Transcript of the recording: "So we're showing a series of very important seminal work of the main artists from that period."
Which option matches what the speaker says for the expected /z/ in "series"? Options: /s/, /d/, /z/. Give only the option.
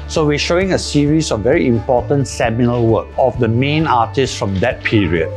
/s/